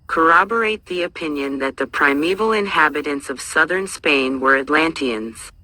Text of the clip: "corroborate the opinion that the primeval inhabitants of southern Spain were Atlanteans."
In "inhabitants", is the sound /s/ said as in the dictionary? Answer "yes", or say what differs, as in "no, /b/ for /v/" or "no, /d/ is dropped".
yes